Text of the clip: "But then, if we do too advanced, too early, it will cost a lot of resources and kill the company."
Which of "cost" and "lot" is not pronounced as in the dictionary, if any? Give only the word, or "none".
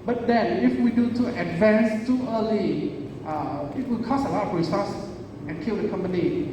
cost